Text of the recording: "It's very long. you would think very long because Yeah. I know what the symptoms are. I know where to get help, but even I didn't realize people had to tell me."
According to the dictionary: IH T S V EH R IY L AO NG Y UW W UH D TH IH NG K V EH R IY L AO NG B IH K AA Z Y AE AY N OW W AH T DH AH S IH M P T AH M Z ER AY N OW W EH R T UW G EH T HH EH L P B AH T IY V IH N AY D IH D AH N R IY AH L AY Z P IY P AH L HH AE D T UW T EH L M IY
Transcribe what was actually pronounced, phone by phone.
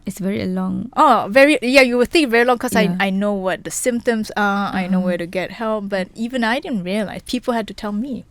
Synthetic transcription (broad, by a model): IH T S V EH R IY L AO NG Y UW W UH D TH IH NG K V EH R IY L AO NG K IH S AA Y AY N OW W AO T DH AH S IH M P T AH M S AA AY N OW W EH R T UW G EH T HH EH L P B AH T IY V IH N AY D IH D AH N R IY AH L AY S P IY P AH L HH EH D T UW T EH L M IY